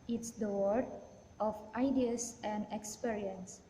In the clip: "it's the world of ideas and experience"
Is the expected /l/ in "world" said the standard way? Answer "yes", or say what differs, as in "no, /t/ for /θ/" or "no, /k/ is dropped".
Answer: no, /l/ is dropped